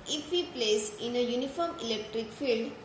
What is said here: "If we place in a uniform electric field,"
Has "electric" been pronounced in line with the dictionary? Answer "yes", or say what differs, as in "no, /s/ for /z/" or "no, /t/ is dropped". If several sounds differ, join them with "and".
yes